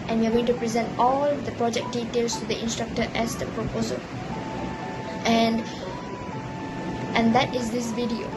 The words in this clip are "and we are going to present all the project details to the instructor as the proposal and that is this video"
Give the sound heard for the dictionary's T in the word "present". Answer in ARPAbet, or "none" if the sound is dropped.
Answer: T